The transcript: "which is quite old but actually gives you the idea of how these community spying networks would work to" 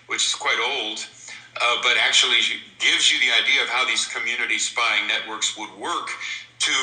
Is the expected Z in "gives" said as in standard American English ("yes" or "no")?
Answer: yes